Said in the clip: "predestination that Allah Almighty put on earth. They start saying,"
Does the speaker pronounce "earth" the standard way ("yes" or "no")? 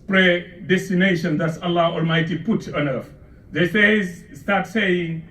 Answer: no